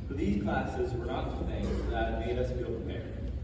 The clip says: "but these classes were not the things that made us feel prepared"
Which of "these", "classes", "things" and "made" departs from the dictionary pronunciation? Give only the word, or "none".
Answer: none